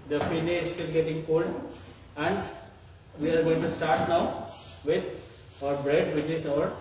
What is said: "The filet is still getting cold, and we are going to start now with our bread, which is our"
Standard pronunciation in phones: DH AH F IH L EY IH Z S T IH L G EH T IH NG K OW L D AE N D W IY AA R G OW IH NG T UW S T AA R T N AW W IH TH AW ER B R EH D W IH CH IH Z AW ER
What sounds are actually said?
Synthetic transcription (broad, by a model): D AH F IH N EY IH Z S T IH L G EH T IH NG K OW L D AE N D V IY AA R G OW IH NG T UW S T AA R T N AW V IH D AW ER B R EH D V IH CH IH S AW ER